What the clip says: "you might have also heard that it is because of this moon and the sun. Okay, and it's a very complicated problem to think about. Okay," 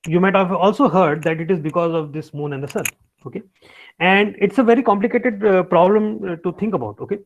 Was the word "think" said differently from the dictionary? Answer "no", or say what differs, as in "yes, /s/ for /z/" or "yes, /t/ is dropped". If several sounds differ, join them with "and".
yes, /t/ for /θ/